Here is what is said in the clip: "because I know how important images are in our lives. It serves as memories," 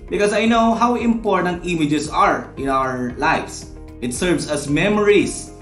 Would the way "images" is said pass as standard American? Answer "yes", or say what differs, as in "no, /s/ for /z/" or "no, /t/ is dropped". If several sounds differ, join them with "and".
no, /s/ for /z/